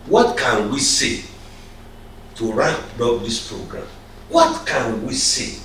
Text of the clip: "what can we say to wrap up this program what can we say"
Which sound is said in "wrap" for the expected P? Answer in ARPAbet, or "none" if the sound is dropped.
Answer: B